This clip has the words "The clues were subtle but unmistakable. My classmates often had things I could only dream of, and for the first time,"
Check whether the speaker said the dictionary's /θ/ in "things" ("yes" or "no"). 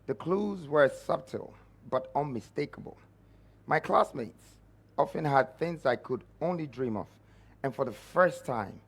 yes